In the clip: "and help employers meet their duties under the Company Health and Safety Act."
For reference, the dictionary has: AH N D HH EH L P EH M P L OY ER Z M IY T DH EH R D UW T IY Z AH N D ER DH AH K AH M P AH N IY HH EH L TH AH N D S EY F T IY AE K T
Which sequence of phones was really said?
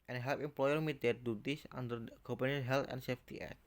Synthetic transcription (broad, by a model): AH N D HH EH L P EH M P L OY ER M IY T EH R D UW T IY S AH N D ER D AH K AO P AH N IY HH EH L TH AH N S EY F T IY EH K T